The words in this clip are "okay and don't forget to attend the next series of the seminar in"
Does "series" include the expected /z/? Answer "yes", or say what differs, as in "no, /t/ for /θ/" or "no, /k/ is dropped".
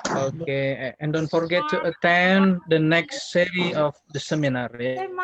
no, /z/ is dropped